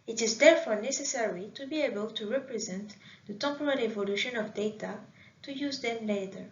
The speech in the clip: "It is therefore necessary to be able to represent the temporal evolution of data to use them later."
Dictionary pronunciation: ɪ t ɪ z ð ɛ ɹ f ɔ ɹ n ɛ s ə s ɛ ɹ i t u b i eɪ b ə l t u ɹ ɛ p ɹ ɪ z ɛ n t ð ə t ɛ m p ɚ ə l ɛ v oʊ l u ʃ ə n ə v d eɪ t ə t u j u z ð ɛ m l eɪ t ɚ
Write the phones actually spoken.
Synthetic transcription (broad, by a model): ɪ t ɪ z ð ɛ ɹ f ɔ ɹ n ɛ s ə s ɛ ɹ i t u b i eɪ b ə l t u ɹ ɛ p ɹ ɪ z ɛ n t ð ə t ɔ p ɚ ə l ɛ v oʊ l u ʃ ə n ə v d eɪ t ə t u j u z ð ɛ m l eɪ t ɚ